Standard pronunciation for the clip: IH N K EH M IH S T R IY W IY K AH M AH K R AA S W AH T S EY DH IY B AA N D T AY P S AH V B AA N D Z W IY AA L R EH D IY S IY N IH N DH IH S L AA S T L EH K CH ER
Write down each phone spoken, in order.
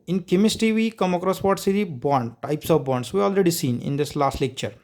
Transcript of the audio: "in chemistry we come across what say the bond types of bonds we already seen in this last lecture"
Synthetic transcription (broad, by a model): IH N K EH M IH S T IY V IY K AH M AH K R AA S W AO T S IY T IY B AA N D T AY P S AH V B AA N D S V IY AA L R EH D IY S IY N IH N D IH S L AA S T L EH K CH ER